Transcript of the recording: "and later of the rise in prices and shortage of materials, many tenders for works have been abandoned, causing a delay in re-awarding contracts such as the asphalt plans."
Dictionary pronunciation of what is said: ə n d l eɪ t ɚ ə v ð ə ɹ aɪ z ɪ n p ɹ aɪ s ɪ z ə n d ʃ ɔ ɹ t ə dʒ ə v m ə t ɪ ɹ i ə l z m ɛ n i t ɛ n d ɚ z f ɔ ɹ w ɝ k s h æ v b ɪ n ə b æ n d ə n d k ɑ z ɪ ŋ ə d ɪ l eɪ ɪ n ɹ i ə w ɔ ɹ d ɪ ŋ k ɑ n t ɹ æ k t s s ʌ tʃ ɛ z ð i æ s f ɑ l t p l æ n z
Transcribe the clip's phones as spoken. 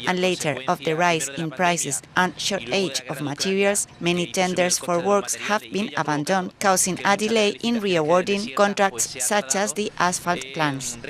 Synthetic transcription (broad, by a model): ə n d l eɪ t ɚ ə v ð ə ɹ aɪ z ɪ n p ɹ aɪ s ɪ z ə n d ʃ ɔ ɹ t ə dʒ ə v m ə t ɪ ɹ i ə l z m ɛ n i t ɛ n d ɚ s f ɔ ɹ w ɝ k s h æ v b ɪ n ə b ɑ n d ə n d k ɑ s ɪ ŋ ə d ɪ l eɪ ɪ n ɹ i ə w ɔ ɹ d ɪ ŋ k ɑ n t ɹ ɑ k t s s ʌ tʃ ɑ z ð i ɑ s f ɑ l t p l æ n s